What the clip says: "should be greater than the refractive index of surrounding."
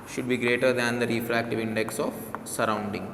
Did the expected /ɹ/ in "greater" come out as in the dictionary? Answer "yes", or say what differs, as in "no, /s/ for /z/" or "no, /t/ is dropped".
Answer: yes